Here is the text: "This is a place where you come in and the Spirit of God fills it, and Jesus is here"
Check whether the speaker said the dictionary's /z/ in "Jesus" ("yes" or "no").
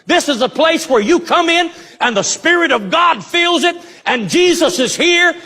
yes